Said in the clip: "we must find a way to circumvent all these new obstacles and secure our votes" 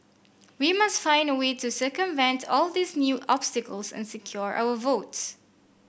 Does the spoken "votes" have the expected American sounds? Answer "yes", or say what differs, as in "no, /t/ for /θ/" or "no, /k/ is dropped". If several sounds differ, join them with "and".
yes